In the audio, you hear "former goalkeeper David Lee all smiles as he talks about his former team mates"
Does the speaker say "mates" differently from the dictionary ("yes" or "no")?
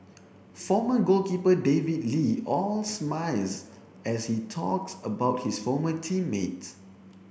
yes